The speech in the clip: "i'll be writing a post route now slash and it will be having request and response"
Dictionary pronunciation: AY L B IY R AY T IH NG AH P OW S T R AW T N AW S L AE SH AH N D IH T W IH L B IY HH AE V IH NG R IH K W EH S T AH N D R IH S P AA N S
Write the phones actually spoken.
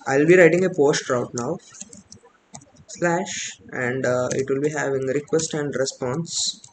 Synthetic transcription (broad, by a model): AY L B IY R AY T IH NG AH P OW S T R AW T N AW S L AE SH AH N D IH T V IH L B IY HH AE V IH NG R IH K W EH S T AH N D R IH S P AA N S